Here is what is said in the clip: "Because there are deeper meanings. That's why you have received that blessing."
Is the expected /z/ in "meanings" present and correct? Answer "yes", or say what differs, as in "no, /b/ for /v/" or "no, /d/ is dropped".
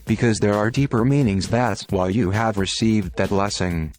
yes